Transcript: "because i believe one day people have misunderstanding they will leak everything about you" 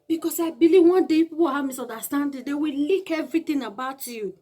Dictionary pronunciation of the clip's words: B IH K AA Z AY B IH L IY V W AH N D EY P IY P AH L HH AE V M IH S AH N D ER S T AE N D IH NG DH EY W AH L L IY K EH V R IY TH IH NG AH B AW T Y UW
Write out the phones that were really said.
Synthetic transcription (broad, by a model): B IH K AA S AY B IH L IY V W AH N D EY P IY P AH W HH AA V M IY S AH N D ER S T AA N D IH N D EY W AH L L IY K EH V R IY T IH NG AH B AW T Y UW